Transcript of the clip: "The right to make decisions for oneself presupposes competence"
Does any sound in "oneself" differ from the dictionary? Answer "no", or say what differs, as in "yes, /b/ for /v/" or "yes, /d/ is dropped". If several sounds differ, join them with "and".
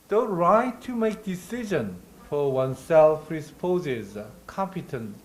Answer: no